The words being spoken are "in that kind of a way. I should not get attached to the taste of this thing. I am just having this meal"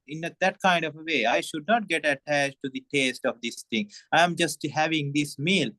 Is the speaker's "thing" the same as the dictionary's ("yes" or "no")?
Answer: no